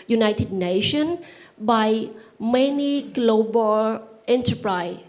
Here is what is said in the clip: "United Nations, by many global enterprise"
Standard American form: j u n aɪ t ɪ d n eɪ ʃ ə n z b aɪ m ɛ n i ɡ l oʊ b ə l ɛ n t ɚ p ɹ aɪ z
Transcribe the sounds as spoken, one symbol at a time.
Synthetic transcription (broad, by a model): j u n aɪ t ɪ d n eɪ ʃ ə n b aɪ m ɛ n i ɡ l oʊ b ə l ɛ n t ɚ p ɹ aɪ